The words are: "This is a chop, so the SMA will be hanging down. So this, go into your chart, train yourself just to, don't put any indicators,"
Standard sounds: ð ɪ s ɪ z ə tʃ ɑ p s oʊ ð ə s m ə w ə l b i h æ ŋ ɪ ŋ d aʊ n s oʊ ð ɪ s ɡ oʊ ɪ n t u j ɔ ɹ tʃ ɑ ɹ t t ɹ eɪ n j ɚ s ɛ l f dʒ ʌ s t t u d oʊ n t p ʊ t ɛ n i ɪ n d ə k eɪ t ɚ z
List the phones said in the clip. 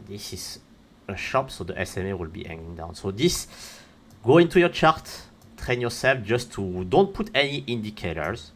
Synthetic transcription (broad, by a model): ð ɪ s ɪ z ə ʃ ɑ p s oʊ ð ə s m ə w ə l b i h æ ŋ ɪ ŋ d aʊ n s oʊ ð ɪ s ɡ oʊ ɪ n t u j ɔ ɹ tʃ ɑ ɹ t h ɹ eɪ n j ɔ s ɛ l f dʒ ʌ s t t u d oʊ n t p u t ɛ n i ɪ n d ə k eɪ t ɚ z